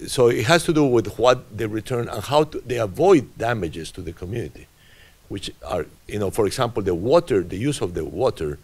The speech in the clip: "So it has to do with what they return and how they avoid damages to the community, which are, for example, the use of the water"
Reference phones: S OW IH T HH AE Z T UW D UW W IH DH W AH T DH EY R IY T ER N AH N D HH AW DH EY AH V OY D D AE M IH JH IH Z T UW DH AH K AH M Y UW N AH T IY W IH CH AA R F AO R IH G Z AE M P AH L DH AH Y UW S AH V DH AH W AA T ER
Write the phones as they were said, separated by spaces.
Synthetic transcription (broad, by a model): S OW IH T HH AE S T UW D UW W IH DH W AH T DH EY R IY T ER N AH N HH AW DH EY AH V OY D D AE M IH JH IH S T UW DH AH K AH M Y UW N AH T IY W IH CH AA R F AO R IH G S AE M P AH L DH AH Y UW S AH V DH AH W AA T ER